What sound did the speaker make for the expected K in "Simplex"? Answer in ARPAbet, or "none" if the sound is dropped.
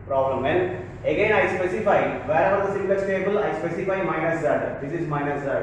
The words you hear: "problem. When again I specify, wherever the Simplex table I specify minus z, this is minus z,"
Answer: none